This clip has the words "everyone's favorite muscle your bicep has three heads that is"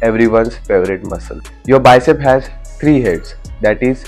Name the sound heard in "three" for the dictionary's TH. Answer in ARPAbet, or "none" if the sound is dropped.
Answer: T